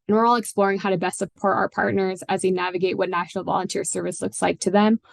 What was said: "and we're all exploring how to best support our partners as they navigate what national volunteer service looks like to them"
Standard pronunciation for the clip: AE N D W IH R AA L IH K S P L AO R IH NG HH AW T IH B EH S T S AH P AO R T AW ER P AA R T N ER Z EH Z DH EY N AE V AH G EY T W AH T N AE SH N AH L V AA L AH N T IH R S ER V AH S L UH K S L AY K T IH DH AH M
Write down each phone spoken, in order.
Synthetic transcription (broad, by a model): N W IH R AA L IH K S P L AO R IH NG HH AW T IH B EH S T S AH P AO R T AW ER P AA R T N ER Z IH Z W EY N AE V AH G EY T W AH T N AE SH N L V AA L AH N T IH R S ER V AH S L UH K S L AY K T IH DH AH M